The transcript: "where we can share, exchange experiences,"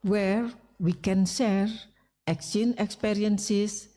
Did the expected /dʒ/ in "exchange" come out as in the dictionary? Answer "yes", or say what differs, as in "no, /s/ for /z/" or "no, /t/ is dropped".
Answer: no, /dʒ/ is dropped